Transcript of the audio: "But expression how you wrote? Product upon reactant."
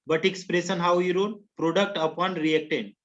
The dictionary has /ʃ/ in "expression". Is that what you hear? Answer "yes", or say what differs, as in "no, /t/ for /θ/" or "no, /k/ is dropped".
no, /s/ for /ʃ/